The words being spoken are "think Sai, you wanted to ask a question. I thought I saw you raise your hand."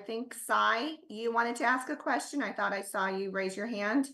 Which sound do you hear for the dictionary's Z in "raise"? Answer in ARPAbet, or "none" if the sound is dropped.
Z